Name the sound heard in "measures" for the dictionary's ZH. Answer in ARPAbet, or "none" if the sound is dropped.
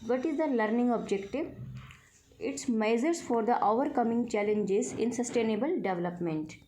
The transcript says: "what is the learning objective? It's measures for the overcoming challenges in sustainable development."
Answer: Z